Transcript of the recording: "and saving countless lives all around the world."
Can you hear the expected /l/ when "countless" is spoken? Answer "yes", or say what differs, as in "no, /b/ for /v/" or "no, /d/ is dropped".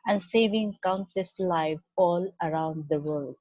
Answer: no, /l/ is dropped